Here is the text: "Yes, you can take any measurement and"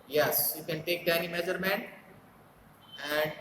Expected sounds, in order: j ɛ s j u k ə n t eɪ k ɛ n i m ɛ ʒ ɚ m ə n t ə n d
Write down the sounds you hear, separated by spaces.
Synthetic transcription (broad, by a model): j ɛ s j u k ə n t eɪ k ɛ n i m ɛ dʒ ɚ m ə n ə n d